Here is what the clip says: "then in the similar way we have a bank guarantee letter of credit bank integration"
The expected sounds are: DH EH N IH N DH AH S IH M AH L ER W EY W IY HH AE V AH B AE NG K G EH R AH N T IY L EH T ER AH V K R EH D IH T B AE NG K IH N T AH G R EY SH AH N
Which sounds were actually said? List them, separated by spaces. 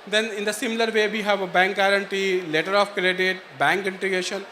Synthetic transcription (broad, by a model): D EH N IH N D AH S IH M AH L ER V EY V IY HH AE V AH B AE NG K G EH R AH N T IY L EH T ER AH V K R EH D IH T B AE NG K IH N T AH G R EY SH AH N